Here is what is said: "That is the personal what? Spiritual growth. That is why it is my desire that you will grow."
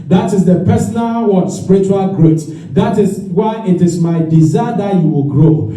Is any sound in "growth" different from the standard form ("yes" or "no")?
yes